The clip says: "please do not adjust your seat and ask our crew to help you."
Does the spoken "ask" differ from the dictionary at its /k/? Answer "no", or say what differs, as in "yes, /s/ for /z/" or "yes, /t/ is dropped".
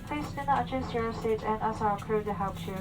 yes, /k/ is dropped